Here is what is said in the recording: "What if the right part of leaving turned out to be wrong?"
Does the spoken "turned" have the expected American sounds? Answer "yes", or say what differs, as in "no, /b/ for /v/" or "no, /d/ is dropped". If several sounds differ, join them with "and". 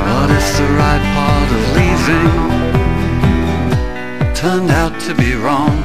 yes